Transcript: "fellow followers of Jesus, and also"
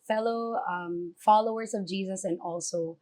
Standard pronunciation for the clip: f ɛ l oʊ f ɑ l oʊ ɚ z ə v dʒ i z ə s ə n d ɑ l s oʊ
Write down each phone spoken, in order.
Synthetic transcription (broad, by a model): f ɛ l oʊ f ɑ l oʊ ɚ z ə v dʒ i z ə s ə n ɑ l s oʊ